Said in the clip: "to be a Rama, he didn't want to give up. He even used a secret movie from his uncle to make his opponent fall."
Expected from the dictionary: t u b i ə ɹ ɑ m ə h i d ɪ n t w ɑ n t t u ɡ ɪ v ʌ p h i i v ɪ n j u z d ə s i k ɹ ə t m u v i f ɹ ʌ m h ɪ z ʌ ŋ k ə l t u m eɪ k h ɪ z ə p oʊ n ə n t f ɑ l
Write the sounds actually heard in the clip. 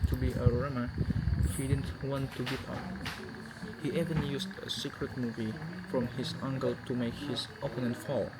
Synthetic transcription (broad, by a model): t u b i ə ɹ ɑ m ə h i d ɪ n t w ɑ n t t u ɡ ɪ p ʌ p h i i v ɪ n j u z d ə s i k ɹ ə t m u v i f ɹ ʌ m h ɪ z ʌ ŋ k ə l t u m eɪ k h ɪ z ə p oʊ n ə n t f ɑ l